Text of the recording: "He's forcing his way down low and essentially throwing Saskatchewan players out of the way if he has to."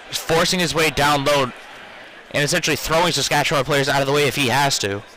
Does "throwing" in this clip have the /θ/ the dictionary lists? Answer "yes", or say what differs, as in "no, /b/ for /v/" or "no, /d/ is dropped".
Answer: yes